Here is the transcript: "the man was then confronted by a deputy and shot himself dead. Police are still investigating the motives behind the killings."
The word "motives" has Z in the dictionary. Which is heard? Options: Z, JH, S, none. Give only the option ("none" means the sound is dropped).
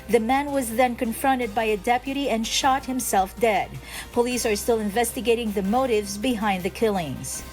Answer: Z